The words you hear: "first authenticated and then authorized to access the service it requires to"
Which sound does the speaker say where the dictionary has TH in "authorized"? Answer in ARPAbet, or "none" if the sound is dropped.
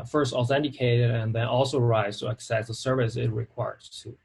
S